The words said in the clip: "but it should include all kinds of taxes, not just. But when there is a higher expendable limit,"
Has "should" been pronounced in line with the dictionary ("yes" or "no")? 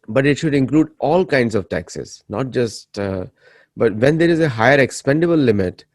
yes